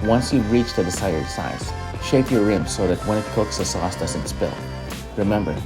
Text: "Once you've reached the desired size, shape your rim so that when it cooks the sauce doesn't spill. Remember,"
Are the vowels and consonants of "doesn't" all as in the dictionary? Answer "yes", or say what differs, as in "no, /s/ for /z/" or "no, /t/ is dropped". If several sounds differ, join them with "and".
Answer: no, /s/ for /z/